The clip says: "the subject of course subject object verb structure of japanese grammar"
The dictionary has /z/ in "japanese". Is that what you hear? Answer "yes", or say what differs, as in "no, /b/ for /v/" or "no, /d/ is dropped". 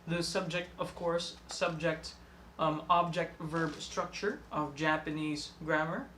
yes